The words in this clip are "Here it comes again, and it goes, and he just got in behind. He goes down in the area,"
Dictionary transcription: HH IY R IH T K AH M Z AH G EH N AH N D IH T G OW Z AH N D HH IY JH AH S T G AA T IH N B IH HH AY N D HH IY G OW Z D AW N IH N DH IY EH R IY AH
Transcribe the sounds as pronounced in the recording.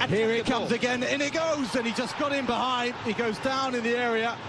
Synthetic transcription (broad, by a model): HH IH R IH T K AH M Z AH G EH N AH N IH T G OW Z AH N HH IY JH AH S G AA T IH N B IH HH AY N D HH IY G OW Z D AW N IH N DH IY EH R IY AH